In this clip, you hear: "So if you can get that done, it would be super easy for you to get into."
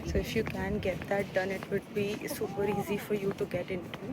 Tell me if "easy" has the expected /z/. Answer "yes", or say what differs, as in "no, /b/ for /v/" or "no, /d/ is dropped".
yes